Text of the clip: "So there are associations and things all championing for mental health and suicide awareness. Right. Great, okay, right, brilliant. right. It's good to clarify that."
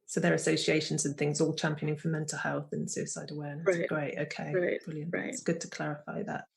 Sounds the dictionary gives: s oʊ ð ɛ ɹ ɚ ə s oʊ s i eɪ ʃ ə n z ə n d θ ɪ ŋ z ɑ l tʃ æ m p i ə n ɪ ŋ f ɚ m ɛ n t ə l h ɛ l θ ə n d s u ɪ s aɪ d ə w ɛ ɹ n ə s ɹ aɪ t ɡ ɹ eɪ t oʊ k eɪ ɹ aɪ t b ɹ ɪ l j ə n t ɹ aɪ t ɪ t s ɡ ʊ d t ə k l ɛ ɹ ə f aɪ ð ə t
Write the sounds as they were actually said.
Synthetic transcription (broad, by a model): s oʊ ð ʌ ɹ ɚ ə s oʊ s i eɪ ʃ ə n z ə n θ ɪ ŋ z ɑ l tʃ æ m p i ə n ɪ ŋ f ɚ m ɛ n t ə l h ɛ l θ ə n s u ɪ s aɪ d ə w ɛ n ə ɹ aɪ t ɡ ɹ eɪ t oʊ k eɪ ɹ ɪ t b ɹ ɪ l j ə n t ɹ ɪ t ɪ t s ɡ ʊ d t ə k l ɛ ɹ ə f aɪ ð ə t